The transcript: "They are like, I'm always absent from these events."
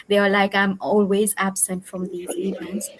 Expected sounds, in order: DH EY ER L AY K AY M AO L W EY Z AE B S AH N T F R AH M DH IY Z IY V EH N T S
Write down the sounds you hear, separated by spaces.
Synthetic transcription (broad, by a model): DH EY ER L AY K AY M AO L W EY Z AE B S AH N T F R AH M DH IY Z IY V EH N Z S